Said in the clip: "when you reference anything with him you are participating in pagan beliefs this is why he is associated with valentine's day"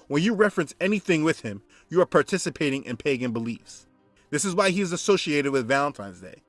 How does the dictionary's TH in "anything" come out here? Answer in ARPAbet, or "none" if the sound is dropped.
TH